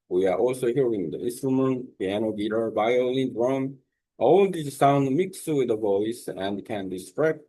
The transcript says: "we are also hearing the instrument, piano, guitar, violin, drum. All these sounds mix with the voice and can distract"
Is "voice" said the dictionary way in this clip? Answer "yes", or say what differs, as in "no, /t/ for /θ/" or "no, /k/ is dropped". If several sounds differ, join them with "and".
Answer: yes